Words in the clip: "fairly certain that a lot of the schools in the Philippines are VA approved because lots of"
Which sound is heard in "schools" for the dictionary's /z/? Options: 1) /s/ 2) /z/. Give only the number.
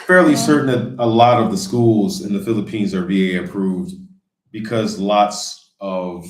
2